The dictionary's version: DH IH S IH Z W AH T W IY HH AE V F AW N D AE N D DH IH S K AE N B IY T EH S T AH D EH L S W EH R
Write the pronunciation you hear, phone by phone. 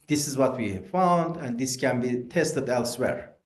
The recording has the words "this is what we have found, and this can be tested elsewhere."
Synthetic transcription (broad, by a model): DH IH S IH Z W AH T W IY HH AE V F AW N D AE N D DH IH S K AE N B IY T EH S T AH D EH L S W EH R